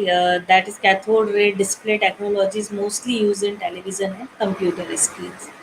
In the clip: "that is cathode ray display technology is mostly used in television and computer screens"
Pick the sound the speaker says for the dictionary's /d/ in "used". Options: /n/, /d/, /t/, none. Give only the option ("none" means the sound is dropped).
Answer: none